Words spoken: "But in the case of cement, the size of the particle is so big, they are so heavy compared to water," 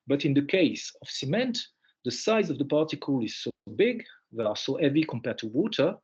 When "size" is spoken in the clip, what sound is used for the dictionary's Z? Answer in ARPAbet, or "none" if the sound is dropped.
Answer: Z